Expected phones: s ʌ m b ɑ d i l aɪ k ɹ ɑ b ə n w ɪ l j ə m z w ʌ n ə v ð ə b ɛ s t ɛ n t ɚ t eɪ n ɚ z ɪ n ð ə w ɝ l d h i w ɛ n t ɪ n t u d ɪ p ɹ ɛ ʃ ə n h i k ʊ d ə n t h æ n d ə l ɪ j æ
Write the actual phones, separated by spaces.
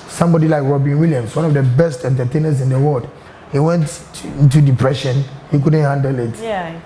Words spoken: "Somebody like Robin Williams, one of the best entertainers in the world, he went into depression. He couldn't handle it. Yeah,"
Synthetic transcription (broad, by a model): s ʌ m b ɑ d i l aɪ k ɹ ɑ b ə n w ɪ l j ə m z w ʌ n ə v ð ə b ɛ s t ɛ n t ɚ t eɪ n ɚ s ɪ n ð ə w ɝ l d h i w ɛ n t ɪ n t u d ɪ p ɹ ɛ ʃ ə n h i k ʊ d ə n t h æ n d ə l ɪ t